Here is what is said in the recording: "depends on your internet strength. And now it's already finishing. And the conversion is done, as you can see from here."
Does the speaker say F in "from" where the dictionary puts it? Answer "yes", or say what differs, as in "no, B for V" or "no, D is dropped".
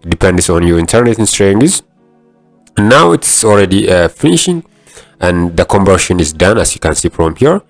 no, P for F